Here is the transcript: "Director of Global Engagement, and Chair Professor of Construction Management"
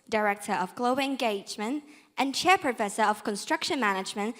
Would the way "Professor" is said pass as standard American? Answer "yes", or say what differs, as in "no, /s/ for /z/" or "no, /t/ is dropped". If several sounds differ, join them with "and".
yes